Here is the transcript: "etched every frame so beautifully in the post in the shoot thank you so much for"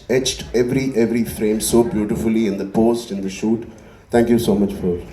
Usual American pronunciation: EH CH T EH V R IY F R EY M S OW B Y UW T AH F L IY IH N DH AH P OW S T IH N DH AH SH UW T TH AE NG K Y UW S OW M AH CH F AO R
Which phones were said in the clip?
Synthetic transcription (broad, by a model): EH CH T EH V R IY F R EY M S OW B Y UW T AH F L IY IH N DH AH P OW S T IH N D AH SH UW T T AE NG K Y UW S OW M AH CH F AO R